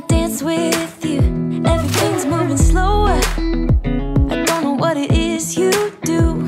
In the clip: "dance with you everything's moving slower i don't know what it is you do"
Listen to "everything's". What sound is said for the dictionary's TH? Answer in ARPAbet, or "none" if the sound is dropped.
TH